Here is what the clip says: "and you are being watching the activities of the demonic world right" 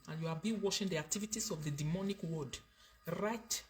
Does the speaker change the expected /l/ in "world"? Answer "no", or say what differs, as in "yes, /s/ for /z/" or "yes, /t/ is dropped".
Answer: yes, /l/ is dropped